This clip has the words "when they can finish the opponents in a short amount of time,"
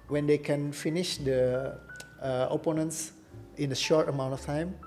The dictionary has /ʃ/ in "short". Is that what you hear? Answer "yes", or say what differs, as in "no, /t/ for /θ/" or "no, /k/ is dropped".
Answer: yes